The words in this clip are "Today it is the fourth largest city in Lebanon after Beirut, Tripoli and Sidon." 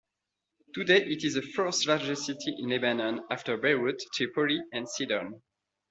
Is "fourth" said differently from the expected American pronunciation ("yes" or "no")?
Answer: yes